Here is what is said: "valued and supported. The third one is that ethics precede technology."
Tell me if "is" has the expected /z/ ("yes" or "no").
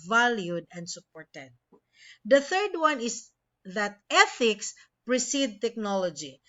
no